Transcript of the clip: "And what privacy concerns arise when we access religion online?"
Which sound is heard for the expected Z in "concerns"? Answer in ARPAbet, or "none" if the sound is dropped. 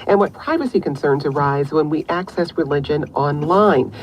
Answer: Z